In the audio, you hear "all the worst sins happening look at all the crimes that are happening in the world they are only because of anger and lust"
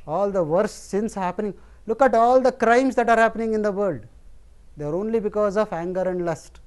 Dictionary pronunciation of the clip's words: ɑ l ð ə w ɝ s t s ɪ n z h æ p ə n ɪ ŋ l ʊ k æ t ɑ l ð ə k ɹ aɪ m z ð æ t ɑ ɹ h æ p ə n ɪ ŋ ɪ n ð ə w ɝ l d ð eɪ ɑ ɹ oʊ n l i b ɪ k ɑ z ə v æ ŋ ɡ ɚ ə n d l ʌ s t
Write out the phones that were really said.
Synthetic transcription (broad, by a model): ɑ l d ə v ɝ t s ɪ n s h æ p ə n ɪ ŋ l ʊ k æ t ɑ l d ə k ɹ aɪ m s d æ t ɑ ɹ h æ p ə n ɪ ŋ ɪ n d ə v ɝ l d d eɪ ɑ ɹ oʊ n l i b ɪ k ɑ z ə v æ ŋ ɡ ɚ ə n d l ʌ s t